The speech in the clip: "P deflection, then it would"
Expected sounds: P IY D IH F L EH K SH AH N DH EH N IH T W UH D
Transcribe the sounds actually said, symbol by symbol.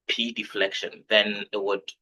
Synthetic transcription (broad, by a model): P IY D IH F L EH K SH AH N DH EH N IH T W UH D